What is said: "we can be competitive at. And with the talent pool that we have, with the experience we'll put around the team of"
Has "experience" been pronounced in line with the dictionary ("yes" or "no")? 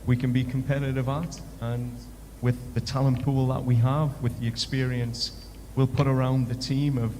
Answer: yes